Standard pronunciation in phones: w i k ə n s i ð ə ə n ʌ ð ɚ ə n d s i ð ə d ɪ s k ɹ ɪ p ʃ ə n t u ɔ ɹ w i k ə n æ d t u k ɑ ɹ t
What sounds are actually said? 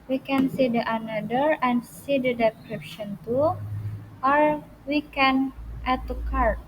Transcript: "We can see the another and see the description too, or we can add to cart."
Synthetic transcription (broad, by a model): w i k ə n s i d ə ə n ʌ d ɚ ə n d s i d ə d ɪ k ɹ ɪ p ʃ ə n t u ɔ ɹ w i k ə n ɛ t u k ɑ ɹ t